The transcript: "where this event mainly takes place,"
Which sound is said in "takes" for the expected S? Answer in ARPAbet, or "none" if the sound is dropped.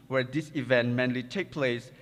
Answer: none